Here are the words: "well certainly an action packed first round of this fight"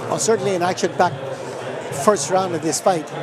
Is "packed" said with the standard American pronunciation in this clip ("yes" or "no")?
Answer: no